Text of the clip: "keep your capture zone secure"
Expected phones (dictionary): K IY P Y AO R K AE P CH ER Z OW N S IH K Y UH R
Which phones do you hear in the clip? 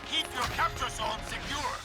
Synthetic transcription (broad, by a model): K IY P Y AO R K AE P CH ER S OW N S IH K Y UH R